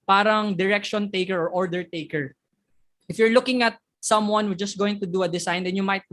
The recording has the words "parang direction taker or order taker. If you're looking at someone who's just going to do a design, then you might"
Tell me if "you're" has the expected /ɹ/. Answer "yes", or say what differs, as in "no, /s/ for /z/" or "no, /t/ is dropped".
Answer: yes